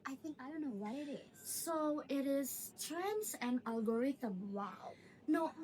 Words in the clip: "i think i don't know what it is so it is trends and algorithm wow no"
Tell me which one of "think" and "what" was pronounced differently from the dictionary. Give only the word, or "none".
none